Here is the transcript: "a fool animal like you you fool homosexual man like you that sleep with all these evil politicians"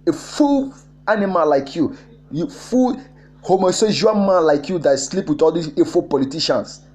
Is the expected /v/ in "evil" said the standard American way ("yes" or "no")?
no